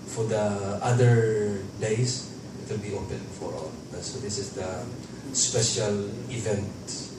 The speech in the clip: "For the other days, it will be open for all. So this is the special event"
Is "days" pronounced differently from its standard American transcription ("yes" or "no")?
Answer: yes